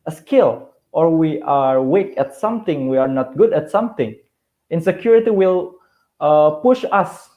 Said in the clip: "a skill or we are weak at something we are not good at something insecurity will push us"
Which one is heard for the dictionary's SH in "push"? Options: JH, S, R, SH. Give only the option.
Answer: SH